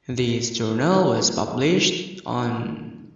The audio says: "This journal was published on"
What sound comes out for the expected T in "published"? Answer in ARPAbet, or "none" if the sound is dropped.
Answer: T